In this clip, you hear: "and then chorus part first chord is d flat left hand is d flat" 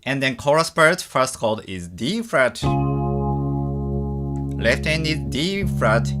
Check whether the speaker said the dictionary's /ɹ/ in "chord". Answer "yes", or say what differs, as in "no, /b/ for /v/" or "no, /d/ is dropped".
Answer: no, /l/ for /ɹ/